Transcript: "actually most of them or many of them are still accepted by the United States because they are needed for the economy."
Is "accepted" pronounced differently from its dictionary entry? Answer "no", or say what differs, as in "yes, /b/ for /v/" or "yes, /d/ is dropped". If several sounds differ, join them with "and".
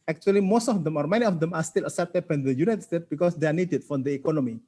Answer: yes, /k/ is dropped